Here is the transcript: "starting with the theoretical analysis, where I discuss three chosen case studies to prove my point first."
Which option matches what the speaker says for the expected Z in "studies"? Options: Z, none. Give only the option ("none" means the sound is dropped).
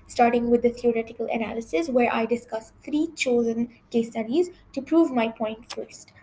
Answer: Z